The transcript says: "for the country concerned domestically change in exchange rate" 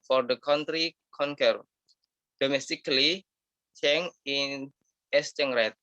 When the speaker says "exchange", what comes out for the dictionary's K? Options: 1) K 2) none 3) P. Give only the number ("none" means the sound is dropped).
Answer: 2